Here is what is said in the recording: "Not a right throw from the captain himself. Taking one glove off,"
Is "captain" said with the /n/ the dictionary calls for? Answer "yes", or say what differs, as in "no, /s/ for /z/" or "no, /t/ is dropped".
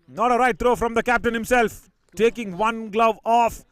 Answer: yes